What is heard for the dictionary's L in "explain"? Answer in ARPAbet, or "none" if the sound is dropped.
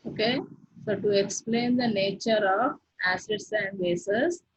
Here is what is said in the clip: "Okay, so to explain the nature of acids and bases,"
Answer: L